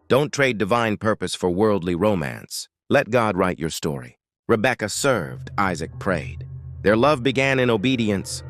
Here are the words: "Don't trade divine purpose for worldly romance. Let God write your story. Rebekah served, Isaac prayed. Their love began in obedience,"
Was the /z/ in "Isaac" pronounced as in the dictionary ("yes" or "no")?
yes